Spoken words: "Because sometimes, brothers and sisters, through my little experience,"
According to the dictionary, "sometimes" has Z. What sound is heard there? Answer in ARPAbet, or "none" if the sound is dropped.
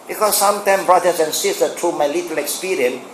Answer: none